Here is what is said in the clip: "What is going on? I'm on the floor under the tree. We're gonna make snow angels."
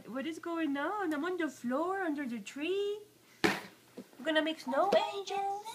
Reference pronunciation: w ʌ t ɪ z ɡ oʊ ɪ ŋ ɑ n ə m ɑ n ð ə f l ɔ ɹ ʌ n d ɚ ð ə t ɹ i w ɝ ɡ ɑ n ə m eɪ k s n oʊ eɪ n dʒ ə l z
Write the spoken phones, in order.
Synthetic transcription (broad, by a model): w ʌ t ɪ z ɡ oʊ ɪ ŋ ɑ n ə m ɑ n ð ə f l ɔ ɹ ʌ n d ɚ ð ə t ɹ i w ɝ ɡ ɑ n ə m eɪ k s n oʊ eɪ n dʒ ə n